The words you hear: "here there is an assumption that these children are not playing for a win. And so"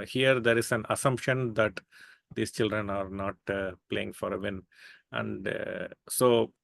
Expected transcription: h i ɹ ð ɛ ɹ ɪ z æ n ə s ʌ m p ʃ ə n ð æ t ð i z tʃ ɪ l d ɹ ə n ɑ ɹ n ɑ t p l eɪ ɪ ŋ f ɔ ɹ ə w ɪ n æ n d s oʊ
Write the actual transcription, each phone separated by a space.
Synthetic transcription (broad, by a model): h i ɹ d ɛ ɹ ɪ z æ n ə s ʌ m p ʃ ə n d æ t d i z tʃ ɪ l d ɹ ə n ɑ ɹ n ɑ t p l eɪ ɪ ŋ f ɔ ɹ ə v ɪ n æ n d s oʊ